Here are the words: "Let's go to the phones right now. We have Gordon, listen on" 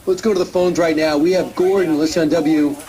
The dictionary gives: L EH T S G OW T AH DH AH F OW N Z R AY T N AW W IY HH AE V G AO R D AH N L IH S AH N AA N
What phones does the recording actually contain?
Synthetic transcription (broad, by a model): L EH T S G OW T AH DH AH F OW N Z R AY T N AW W IY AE V G AO R D N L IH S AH N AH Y